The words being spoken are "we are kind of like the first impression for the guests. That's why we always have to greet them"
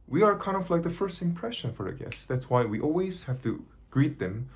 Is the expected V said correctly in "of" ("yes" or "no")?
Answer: no